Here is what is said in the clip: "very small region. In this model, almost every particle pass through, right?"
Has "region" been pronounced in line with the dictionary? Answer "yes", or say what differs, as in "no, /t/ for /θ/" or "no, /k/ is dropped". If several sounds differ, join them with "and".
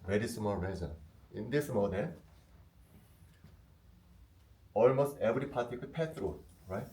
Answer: no, /z/ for /dʒ/